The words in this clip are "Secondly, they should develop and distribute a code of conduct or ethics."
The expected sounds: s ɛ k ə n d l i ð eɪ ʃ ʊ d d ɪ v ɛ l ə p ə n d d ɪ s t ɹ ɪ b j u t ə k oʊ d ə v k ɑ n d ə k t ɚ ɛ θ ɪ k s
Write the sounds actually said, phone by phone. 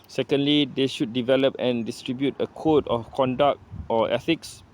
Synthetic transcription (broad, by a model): s ɛ k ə n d l i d eɪ ʃ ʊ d d ɪ v ɛ l ə p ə n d d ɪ s t ɹ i b j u t ə k oʊ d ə f k ɑ n d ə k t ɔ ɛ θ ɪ k s